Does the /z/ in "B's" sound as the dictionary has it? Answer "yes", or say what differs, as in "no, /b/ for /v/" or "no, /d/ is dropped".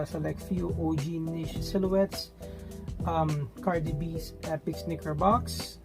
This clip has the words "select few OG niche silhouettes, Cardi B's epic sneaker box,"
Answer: no, /s/ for /z/